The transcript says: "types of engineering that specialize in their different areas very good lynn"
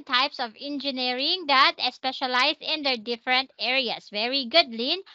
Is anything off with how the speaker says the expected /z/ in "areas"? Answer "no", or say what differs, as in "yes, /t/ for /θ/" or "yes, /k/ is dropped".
yes, /s/ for /z/